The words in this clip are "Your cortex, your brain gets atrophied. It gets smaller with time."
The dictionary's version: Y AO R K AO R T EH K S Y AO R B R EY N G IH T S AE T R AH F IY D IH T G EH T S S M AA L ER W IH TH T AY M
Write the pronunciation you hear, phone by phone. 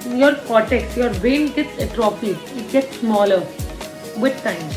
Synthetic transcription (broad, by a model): Y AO R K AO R T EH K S Y AO R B EY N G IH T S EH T R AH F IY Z IH T G EH T S S M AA L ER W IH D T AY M